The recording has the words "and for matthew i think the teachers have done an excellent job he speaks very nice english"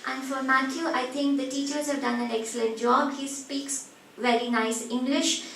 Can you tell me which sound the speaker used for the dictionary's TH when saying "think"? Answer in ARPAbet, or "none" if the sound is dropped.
T